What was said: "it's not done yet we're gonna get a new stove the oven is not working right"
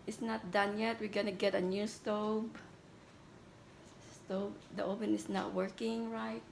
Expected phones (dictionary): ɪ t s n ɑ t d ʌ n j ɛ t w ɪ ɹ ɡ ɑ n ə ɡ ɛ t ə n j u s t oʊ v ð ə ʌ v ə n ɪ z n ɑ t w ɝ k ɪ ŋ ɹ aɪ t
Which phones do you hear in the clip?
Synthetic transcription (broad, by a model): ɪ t s n ɑ t d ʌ n j ɛ t w ɪ ɹ ɡ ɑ n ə ɡ ɛ t ə n j u s t oʊ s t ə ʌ p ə n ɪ s n ɑ t w ɝ k ɪ ŋ ɹ aɪ t